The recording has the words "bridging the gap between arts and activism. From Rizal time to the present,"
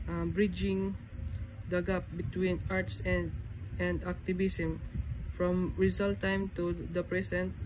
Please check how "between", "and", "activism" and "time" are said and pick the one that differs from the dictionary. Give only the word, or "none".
activism